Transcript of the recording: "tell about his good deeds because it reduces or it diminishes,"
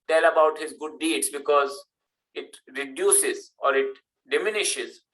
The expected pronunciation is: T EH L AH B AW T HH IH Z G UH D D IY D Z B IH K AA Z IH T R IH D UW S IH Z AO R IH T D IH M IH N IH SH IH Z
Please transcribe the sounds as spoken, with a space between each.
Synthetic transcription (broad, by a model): T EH L AH B AW T HH IH Z G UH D D IY D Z B IH K AA Z IH T R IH D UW S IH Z AO R IH T D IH M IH N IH SH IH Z